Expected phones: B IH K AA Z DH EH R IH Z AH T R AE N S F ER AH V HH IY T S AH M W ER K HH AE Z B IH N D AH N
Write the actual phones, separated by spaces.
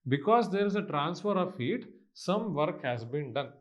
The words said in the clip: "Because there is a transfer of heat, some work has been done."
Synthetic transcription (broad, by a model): B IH K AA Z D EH R IH Z AH T R AE N S F ER AH V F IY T S AH M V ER K HH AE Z B IH N D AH N